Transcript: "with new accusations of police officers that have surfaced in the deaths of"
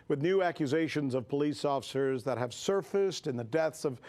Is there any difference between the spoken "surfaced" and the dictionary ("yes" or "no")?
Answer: no